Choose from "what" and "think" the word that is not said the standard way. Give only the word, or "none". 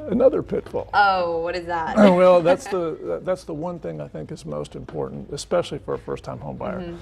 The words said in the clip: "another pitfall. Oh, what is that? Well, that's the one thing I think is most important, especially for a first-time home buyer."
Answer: none